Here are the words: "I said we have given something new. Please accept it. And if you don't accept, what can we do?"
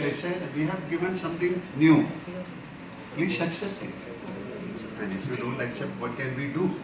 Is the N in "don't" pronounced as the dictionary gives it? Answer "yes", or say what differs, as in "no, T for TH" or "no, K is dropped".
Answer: no, L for N